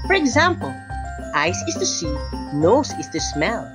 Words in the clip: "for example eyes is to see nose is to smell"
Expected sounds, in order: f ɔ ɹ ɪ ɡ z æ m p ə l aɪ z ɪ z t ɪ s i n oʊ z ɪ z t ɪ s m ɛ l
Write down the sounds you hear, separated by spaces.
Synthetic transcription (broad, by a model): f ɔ ɹ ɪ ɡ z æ m p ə l aɪ s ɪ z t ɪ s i n oʊ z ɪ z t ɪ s m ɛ l